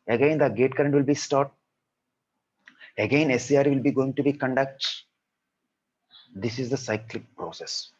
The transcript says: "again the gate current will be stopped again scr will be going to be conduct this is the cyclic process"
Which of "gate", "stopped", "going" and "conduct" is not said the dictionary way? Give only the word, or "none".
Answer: stopped